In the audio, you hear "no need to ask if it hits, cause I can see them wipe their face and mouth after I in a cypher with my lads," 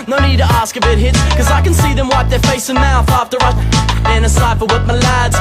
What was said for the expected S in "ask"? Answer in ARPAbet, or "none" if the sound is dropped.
S